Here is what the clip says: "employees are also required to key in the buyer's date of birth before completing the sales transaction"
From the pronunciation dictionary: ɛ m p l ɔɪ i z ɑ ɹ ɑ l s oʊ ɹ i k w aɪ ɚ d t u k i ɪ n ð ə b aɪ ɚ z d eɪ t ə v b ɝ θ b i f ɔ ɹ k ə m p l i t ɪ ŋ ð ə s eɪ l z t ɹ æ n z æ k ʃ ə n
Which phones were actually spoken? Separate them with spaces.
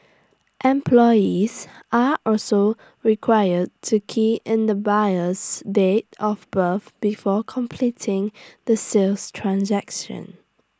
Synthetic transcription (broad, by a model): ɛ m p l ɔɪ i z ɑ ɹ ɑ l s oʊ ɹ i k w aɪ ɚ d t u k i ɪ n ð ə b aɪ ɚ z d eɪ t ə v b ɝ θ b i f ɔ k ə m p l i t ɪ ŋ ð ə s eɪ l s t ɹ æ n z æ k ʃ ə n